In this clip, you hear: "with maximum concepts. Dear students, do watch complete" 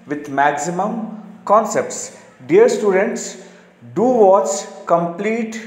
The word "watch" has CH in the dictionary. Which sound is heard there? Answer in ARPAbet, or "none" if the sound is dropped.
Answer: S